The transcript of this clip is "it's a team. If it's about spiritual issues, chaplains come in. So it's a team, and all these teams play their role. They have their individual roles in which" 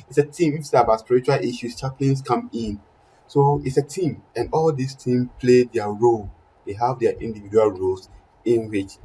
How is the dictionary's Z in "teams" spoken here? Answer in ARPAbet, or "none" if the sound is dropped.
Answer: none